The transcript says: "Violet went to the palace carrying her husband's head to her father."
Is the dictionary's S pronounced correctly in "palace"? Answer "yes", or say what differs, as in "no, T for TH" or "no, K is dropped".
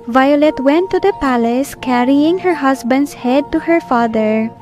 yes